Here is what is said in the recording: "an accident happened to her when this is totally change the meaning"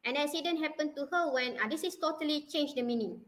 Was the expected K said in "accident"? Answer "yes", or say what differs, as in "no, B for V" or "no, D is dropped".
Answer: no, K is dropped